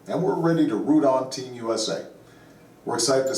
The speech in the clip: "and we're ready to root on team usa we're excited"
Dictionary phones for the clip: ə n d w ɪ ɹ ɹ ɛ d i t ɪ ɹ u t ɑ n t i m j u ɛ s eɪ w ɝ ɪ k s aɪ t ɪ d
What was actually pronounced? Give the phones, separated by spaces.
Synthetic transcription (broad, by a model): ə n w ɪ ɹ ɹ ɛ d i t ɪ ɹ u t n t i m j u ɛ s eɪ w ɝ k s aɪ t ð